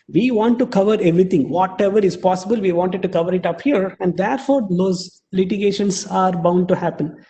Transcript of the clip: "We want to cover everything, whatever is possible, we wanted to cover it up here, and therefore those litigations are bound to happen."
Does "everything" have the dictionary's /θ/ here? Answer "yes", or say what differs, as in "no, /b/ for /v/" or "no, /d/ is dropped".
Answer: no, /t/ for /θ/